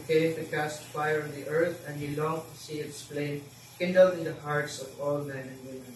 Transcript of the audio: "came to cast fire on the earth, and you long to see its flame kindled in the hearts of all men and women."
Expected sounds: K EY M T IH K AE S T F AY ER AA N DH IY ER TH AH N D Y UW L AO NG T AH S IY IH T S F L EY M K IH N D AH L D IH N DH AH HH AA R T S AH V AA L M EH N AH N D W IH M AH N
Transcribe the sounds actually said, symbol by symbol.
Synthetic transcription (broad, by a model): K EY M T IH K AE S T F AY ER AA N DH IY ER TH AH N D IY L AO NG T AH S IY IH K S P L EY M K IH N D AH L D IH N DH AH HH AA R T S AH V AA L M EH N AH N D W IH M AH N